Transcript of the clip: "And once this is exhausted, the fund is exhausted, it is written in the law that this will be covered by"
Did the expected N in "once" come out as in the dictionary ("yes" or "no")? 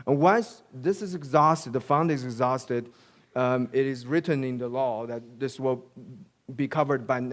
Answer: no